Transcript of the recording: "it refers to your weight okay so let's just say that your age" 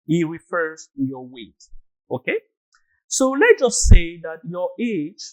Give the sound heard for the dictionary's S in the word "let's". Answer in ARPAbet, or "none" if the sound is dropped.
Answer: none